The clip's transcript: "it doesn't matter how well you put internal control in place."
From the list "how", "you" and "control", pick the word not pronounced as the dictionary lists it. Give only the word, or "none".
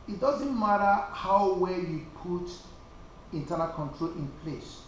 none